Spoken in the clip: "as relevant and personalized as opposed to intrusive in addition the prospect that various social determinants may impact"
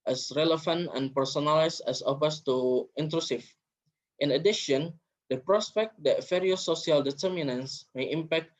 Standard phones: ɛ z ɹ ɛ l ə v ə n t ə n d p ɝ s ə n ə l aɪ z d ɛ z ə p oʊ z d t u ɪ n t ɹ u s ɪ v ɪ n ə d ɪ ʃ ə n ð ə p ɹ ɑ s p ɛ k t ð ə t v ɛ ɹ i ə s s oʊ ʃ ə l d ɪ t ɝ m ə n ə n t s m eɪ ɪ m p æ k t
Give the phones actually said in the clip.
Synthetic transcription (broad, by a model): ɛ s ɹ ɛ l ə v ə n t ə n p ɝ s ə n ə l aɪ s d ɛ s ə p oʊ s t u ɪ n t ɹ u s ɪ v ɪ n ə d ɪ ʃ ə n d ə p ɹ ɑ s p ɛ k t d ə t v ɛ ɹ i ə s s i ə l d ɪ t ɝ m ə n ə n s m eɪ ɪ m p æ k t